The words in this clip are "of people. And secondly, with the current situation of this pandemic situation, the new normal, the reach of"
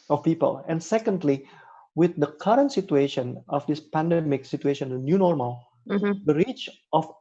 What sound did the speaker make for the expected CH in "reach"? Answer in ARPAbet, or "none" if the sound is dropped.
CH